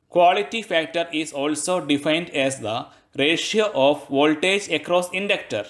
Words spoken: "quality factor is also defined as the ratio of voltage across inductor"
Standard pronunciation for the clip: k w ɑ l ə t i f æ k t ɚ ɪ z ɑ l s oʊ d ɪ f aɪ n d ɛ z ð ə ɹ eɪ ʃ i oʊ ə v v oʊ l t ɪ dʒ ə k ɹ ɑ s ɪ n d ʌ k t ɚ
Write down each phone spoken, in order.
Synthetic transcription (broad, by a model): k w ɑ l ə t i f æ k t ɚ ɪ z ɑ l s oʊ d ɪ f aɪ n d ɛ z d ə ɹ eɪ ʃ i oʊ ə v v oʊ l t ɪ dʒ ə k ɹ ɑ s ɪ n d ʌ k t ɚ